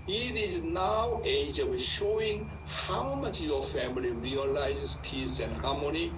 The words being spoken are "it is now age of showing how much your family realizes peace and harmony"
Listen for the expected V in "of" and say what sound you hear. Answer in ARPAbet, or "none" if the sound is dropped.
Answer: W